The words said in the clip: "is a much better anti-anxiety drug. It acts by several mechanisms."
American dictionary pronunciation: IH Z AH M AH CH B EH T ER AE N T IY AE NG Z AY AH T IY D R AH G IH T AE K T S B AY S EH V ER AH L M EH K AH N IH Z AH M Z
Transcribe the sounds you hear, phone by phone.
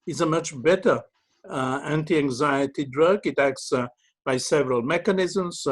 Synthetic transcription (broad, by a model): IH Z AH M AH CH B EH T ER AE N T IY AE NG Z AY AH T IY D R AH G IH T AE K T S B AY S EH V ER AH L M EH K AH N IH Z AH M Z